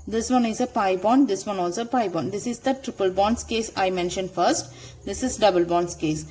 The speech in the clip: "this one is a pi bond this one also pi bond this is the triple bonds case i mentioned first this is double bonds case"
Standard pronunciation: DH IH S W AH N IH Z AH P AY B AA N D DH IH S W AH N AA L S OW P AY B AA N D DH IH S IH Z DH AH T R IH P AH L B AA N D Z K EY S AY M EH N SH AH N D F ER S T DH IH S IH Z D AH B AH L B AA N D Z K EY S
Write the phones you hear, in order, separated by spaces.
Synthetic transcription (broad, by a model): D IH S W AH N IH Z AH P AY B AA N D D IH S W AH N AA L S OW P AY B AA N D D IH S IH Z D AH T R IH P AH L B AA N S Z K EY S AY M EH N SH AH N D F ER S T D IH S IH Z D AH B AH L B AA N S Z K EY S